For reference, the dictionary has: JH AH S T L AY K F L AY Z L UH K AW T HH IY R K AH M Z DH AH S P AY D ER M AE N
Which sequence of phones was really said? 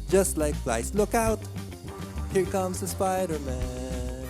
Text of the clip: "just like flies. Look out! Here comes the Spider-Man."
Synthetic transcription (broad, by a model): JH AH S T L AY K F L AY S L UH K AW T HH IY R K AH M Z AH S P AY D ER M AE N